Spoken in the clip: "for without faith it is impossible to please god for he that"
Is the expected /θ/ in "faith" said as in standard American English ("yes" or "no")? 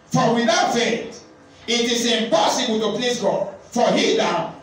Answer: no